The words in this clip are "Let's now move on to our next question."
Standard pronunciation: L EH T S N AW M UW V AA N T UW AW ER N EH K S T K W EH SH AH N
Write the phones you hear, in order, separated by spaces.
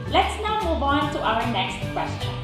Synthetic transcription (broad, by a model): L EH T S N AW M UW B AA N T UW AW ER N EH K S T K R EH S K